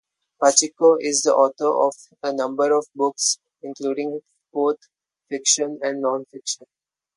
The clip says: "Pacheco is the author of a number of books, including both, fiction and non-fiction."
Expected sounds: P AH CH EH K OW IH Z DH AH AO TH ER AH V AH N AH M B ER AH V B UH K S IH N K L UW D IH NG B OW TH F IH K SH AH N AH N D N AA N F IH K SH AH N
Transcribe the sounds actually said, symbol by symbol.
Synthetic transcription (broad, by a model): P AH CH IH K OW IH Z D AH AO T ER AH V AH N AH M B ER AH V B UH K S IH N K L UW D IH NG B OW T F IH K SH AH N AH N D N AA N F IH K SH AH N